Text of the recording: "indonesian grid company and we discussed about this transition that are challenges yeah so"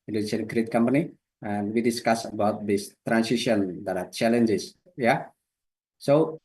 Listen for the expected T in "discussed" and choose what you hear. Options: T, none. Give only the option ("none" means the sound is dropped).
none